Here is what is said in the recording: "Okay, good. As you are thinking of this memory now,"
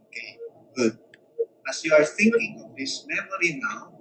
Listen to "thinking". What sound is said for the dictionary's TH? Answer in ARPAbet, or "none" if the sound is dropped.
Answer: TH